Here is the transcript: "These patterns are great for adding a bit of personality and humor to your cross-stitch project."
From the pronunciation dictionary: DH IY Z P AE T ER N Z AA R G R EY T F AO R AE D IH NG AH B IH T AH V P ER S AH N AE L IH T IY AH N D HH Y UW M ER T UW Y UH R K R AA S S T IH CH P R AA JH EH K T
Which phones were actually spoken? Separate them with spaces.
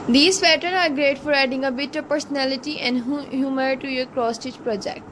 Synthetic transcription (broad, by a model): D IY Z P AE T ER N AA R G R EY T F AO R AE D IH NG AH B IH T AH P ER S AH N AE L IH T IY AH N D HH Y UW M ER T UW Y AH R K R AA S S T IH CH P R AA JH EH K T